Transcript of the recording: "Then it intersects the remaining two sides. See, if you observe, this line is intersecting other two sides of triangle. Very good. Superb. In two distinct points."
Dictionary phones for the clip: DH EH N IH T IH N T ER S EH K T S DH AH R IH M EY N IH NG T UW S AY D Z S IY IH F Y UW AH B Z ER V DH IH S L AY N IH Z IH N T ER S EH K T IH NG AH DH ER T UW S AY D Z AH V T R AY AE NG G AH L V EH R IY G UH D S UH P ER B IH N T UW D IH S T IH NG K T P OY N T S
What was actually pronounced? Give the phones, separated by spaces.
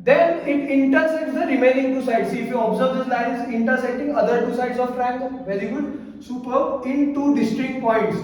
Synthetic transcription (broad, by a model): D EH N IH T IH N T ER S EH K T S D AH R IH M EY N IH NG T UW S AY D S IY IH F Y UW AH B Z ER V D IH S L AY N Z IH N T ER S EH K T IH NG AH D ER T UW S AY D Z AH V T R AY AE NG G V EH R IY G UH D S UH P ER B IH N T UW D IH S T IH K T P OY N T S